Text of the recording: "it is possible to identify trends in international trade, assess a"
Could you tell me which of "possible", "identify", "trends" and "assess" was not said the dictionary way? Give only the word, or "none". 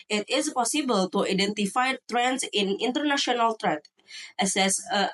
trends